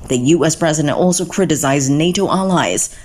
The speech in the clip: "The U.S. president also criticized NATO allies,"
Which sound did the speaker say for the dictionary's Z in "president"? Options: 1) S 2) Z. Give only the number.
2